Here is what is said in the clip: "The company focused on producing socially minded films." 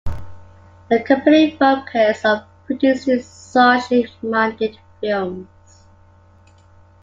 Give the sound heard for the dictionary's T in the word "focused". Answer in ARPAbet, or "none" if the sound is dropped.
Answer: none